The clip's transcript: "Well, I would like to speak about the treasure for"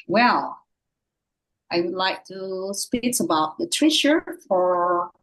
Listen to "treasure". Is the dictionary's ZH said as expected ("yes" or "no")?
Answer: no